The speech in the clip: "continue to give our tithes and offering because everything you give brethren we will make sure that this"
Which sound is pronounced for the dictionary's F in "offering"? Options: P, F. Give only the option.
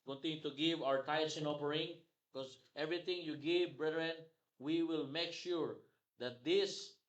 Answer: P